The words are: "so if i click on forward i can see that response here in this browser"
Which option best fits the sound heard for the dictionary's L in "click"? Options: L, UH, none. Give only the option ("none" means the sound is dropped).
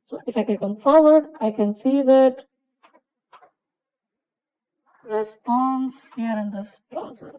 none